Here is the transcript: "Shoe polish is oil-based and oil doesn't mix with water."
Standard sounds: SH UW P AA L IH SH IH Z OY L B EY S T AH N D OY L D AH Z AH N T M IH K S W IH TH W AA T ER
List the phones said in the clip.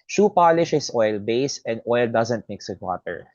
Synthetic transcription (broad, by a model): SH UW P AA L IH SH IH S OY L B EY S AH N D OY L D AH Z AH N T M IH K S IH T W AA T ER